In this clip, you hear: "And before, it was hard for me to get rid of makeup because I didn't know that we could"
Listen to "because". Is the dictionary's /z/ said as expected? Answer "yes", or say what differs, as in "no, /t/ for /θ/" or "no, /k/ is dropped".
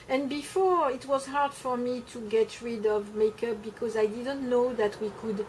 yes